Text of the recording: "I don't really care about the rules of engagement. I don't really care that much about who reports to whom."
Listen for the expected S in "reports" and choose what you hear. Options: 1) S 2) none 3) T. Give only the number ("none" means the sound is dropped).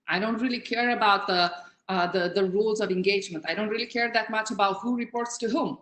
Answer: 1